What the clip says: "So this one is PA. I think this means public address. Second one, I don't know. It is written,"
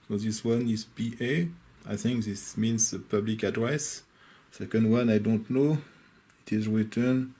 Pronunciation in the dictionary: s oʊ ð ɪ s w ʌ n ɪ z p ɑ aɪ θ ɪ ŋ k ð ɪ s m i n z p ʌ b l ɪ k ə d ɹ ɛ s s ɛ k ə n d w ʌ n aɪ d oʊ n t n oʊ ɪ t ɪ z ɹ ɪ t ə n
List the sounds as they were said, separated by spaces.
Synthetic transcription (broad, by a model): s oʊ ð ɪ s w ʌ n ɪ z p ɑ aɪ θ ɪ ŋ k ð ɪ s m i n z p ʌ b l ɪ k ə d ɹ ɛ s s ɛ k ə n d w ʌ n aɪ d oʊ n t n oʊ ɪ t ɪ z ɹ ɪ t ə n